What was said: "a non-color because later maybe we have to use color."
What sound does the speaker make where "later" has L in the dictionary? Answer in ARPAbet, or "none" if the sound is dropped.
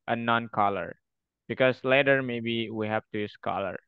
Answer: L